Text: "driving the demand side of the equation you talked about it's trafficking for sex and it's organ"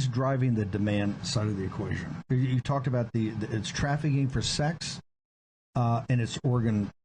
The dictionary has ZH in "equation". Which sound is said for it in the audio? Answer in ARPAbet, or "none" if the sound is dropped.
ZH